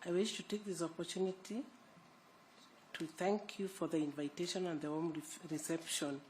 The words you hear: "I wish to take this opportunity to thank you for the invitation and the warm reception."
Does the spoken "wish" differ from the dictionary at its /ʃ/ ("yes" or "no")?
no